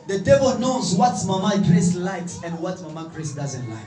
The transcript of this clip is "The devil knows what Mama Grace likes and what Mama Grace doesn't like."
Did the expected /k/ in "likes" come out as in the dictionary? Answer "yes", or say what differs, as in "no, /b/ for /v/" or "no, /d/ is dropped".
yes